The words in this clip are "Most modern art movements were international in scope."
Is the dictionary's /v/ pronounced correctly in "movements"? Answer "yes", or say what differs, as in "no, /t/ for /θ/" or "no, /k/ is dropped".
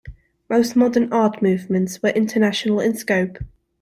yes